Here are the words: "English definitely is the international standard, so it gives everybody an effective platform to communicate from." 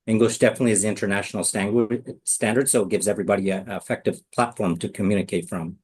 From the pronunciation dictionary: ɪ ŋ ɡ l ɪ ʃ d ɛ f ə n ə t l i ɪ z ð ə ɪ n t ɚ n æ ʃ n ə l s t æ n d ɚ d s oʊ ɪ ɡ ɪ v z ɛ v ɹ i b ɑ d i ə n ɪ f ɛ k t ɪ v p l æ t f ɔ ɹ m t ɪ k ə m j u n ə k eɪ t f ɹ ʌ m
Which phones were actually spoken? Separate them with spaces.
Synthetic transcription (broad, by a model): ɪ ŋ ɡ l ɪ ʃ d ɛ f ə n ə t l i ɪ z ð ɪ n t ɚ n æ ʃ n l s t æ n d ɚ d s oʊ ɪ ɡ ɪ v z ɛ v ɹ i b ɑ d i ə ɪ f ɛ k t ɪ v p l æ t f ɔ ɹ m t ɪ k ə m j u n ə k eɪ t f ɹ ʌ m